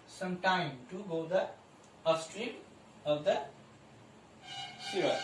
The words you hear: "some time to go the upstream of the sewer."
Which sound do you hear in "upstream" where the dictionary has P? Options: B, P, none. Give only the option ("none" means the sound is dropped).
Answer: none